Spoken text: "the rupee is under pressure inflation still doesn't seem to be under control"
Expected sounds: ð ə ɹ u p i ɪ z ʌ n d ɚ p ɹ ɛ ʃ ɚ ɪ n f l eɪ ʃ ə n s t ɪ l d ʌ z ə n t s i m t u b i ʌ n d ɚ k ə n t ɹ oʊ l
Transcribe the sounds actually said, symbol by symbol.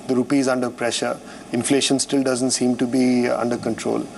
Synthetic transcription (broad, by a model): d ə ɹ u p i z ʌ n d ɚ p ɹ ɛ ʃ ɚ ɪ n f l eɪ ʃ ə n s t ɪ l d ʌ z ə n t s i m t u b i ʌ n d ɚ k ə n t ɹ oʊ l